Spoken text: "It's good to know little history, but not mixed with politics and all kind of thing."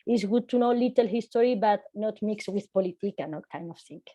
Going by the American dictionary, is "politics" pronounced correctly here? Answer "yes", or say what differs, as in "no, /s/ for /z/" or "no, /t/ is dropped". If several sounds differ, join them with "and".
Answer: no, /s/ is dropped